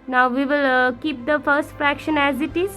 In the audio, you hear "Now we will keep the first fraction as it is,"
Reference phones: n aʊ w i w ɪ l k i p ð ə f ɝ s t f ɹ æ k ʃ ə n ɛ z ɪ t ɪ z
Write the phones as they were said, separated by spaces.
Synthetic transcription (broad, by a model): n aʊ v i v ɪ l k i p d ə f ɝ s t f ɹ æ k ʃ ə n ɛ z ɪ t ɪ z